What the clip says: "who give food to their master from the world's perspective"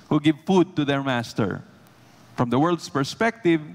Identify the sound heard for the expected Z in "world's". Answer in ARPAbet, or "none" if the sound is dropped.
S